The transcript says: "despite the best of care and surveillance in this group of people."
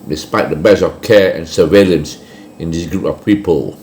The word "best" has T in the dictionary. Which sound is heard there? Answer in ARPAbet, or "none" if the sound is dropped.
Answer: none